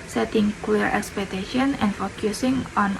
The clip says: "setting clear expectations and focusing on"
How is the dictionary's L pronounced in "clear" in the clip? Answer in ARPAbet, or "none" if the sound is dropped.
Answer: W